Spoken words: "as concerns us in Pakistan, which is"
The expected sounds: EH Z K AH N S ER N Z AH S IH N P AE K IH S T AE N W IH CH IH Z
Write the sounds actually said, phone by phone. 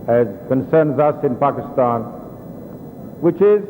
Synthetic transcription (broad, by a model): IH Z K AH N S ER N Z AH S IH N P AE K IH S T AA N W IH CH IH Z